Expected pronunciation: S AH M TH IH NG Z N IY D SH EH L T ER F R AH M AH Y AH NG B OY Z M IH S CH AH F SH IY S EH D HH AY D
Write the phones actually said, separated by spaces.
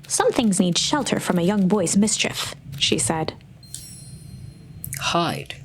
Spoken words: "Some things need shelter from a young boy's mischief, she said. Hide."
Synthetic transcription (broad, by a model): S AH M TH IH NG Z N IY D SH EH L T ER F R AH M AH Y AH NG B OY Z M IH S CH AH F SH IY S EH D HH AY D